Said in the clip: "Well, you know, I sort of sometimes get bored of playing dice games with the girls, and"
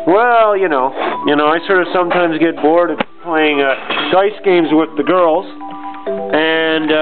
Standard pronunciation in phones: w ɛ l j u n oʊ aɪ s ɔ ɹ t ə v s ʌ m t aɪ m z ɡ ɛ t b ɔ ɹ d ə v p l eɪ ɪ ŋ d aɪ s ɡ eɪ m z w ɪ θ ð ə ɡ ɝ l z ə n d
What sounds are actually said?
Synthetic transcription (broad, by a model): w ɛ l j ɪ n oʊ aɪ s ɔ ɹ t ə v s ʌ m t aɪ m z ɡ ɛ t b ɔ ɹ d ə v p l eɪ ɪ ŋ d aɪ s ɡ eɪ m z w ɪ ð ə ɡ ɝ l z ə n